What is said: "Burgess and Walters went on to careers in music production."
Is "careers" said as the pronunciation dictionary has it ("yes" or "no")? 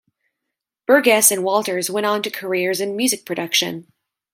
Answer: yes